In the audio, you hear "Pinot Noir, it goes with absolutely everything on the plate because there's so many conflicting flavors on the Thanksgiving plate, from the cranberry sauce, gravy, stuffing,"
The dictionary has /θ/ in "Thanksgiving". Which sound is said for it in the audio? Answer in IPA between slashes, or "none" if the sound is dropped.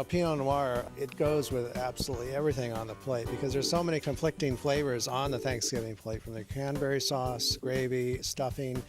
/θ/